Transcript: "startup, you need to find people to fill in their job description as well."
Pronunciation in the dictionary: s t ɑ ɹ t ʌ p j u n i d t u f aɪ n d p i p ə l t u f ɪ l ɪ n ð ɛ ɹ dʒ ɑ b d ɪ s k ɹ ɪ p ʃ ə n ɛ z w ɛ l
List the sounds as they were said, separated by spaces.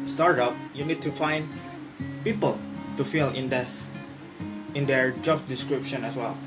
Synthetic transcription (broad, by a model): s t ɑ ɹ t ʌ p j u n i d t u f aɪ n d p i p ə l t u f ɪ n ɪ n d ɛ ɹ dʒ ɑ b d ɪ s k ɹ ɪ p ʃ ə n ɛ s w ɛ l